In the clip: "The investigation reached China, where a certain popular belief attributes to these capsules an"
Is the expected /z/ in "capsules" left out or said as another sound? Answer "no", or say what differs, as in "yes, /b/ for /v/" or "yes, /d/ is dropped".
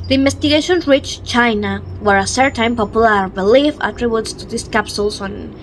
yes, /s/ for /z/